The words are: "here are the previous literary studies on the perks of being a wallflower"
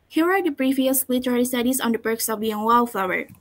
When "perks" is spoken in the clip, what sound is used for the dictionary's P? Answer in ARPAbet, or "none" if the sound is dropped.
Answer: B